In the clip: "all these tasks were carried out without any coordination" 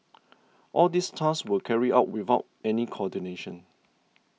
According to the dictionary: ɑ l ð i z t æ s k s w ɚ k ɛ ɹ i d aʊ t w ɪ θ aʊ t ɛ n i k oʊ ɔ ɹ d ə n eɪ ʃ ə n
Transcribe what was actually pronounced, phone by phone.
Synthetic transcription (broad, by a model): ɑ l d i s t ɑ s s w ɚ k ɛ ɹ i aʊ t w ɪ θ aʊ t ɛ n i k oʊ ɔ d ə n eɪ ʃ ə n